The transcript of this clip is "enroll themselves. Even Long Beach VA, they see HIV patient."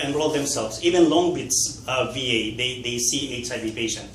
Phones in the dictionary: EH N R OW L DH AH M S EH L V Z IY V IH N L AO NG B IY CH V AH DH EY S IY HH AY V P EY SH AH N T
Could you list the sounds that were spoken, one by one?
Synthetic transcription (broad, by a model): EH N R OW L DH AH M S EH L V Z IY V IH N L AO NG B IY S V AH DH EY S IY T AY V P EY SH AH N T